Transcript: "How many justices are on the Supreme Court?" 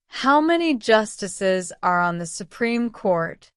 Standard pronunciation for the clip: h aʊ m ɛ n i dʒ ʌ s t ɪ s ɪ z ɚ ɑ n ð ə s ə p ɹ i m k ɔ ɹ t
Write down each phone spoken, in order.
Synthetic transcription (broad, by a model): h aʊ m ɛ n i dʒ ʌ s t ɪ s ɪ z ɚ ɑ n ð ə s ə p ɹ i m k ɔ ɹ t